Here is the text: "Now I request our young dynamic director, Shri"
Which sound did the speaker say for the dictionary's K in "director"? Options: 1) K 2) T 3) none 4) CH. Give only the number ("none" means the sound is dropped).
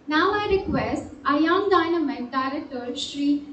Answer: 3